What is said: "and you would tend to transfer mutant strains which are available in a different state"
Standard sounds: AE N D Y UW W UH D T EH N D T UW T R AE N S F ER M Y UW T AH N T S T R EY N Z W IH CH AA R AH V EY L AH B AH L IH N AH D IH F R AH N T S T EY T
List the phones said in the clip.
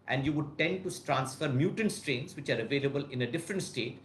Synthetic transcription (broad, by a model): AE N D Y UW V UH D T EH N D T UW T R AE N S F ER M Y UW T AH N T S T R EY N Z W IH CH AA R AH V EY L AH B AH L IH N AH D IH F R AH N T S T EY T